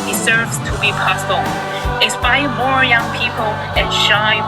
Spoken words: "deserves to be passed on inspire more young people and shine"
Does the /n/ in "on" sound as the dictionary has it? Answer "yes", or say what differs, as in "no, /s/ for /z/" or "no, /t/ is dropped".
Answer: no, /l/ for /n/